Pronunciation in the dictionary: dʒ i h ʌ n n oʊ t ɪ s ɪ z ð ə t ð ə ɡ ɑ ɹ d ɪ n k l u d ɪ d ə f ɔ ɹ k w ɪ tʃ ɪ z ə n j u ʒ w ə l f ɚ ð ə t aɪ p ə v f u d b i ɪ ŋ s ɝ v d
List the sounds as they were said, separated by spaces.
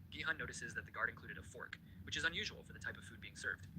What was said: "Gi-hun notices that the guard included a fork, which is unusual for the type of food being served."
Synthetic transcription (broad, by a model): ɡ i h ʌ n n oʊ t ɪ s ɪ z ð ə t ð ə ɡ ɑ ɹ d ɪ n k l u d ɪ d ə f ɔ ɹ k w ɪ tʃ ɪ z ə n j u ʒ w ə l f ɚ ð ə t aɪ p ə v f u d b i ɪ ŋ s ɝ v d